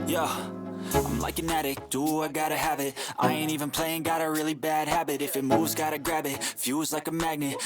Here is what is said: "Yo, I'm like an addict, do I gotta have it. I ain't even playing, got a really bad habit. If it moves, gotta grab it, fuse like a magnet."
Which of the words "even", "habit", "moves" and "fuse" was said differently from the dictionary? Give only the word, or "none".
moves